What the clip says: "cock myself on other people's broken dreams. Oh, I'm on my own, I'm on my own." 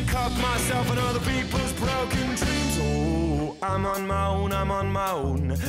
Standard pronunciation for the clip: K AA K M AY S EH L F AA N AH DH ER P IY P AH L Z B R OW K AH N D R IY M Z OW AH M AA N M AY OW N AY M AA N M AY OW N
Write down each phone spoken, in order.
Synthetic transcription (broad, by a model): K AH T M AY S EH L F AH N AH DH ER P IY P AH L Z B R OW K AH N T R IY Z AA AH M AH N M AY OW N AY M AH N M AY OW N